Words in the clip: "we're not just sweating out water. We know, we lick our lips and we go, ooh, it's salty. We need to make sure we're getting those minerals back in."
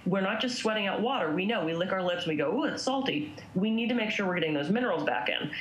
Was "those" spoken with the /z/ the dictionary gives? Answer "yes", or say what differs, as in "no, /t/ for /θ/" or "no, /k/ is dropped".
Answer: yes